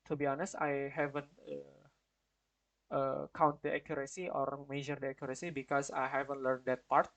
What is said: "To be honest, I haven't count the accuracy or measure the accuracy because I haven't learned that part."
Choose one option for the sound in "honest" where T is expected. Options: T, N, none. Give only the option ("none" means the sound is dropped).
T